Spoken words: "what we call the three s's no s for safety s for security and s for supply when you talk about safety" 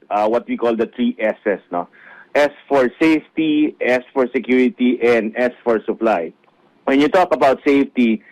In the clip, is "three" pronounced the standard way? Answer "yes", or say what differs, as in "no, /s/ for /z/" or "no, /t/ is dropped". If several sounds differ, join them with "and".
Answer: no, /t/ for /θ/